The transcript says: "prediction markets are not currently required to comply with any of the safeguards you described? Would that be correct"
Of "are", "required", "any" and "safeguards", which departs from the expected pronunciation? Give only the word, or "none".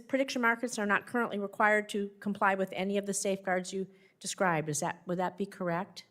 none